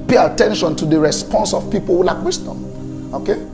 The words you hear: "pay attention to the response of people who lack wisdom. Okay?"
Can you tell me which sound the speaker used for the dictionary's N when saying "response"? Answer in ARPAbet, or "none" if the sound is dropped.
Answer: N